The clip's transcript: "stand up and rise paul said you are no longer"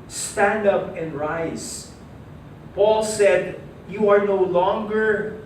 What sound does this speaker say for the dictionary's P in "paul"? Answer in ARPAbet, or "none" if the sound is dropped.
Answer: P